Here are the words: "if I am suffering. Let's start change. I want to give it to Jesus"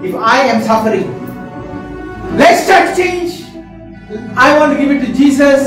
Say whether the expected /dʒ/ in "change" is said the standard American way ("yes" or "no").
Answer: yes